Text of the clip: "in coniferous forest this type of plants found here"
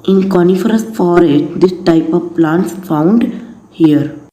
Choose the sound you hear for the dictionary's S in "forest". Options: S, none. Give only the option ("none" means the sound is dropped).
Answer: none